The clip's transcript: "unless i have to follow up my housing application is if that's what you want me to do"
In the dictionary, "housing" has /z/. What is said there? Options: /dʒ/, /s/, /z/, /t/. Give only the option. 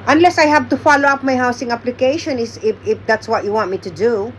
/s/